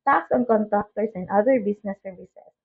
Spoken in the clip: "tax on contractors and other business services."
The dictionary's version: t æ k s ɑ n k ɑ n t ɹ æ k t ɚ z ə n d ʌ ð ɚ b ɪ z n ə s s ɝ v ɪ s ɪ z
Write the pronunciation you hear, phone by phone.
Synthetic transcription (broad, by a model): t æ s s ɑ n k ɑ n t ɑ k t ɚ s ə n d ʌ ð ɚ b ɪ s n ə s s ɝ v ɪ s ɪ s